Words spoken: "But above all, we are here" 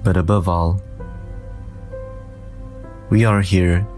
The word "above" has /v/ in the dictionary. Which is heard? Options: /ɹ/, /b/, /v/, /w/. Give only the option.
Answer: /v/